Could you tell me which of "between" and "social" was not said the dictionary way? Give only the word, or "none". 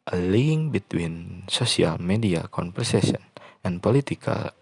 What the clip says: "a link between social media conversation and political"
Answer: social